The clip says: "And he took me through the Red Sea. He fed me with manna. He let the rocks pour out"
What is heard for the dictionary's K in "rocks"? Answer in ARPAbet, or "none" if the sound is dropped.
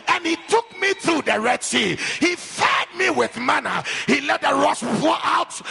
none